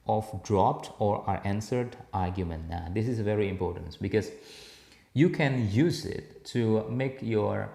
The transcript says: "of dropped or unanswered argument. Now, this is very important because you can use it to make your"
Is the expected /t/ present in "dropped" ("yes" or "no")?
yes